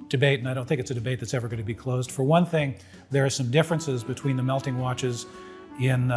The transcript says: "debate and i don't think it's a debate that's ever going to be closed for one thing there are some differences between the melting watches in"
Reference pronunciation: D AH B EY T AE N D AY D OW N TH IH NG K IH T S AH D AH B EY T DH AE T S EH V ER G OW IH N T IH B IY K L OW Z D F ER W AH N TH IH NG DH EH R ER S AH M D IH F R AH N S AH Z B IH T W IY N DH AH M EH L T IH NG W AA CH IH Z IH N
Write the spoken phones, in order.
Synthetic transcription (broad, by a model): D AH B EY T N AY D OW N TH IH NG K IH T S AH D AH B EY T DH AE T S EH V ER G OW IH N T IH B IY K L OW Z D F ER W AH N TH IH NG DH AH R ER S AH M D IH F R AH N S AH Z B IH T W IY N DH AH M EH L T IH NG W AA CH IH Z IH N